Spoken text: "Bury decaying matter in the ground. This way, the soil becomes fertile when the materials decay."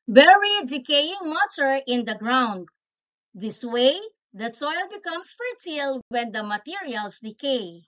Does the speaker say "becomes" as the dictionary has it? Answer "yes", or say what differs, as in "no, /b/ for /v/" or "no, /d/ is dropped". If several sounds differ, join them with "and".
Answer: no, /s/ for /z/